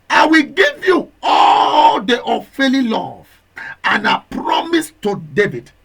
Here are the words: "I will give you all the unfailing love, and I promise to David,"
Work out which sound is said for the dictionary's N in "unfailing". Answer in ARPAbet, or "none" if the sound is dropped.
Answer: none